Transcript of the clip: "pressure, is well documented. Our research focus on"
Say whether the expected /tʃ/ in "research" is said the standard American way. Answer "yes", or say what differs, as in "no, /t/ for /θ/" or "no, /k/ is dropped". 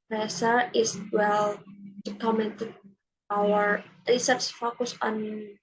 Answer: no, /s/ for /tʃ/